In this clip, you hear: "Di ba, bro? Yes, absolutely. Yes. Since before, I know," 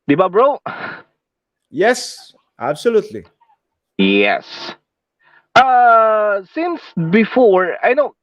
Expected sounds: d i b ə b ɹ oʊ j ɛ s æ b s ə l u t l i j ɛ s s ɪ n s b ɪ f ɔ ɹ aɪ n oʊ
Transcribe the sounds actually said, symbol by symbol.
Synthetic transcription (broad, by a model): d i b ə b ɹ oʊ j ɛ s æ b s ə l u t l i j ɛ s s ɪ n s b ɪ f ɔ ɹ aɪ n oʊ